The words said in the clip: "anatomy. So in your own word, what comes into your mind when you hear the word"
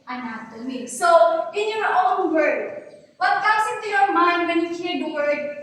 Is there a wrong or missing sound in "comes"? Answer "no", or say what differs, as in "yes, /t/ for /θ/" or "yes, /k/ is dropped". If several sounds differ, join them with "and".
yes, /s/ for /z/